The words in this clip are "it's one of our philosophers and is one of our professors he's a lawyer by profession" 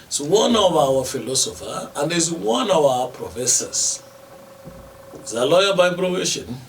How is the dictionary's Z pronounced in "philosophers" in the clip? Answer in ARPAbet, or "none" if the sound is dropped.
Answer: none